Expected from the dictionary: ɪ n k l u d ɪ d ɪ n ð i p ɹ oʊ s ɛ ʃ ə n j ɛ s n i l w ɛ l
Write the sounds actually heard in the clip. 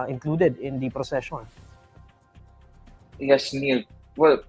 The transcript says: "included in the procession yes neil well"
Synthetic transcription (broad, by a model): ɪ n k l u d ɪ d ɪ n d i p ɹ oʊ s ɛ ʃ ə n j ɛ s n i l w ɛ l